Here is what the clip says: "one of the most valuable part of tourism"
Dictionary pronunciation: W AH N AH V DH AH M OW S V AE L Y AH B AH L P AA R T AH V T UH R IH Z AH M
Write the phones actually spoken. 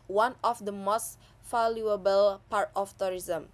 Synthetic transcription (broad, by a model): W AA N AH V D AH M OW S F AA L Y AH B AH L P AA R T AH F T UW R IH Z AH M